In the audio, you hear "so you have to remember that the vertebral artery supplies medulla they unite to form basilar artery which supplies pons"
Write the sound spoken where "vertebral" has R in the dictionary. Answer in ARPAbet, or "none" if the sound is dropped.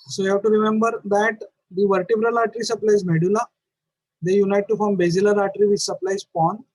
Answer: R